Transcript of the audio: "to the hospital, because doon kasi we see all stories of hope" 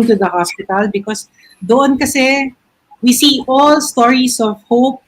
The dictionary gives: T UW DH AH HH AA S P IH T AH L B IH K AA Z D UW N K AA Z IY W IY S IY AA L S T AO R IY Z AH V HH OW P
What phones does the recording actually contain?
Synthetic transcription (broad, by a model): T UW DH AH HH AA S P IH T AH L B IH K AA S D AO N K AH S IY W IY S IY AA L S T AO R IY S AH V HH OW P